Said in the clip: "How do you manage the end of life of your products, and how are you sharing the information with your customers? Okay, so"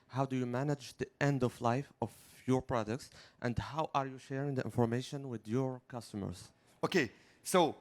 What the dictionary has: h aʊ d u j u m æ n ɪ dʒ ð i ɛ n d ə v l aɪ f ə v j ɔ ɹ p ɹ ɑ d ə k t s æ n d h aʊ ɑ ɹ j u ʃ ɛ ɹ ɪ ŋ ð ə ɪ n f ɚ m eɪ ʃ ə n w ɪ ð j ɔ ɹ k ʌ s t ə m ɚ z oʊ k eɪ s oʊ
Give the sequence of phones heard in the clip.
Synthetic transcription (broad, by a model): h aʊ d u j u m æ n ɪ dʒ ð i ɛ n d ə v l aɪ f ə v j ɔ ɹ p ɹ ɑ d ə k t s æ n d h aʊ ɑ ɹ j u ʃ ɛ ɹ ɪ ŋ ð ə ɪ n f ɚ m eɪ ʃ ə n w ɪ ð j ɔ ɹ k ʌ s t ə m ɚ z oʊ k eɪ s oʊ